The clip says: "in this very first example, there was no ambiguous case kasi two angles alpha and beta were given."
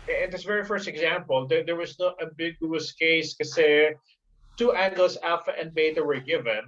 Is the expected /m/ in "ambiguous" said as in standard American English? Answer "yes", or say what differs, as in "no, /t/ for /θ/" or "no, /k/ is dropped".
no, /m/ is dropped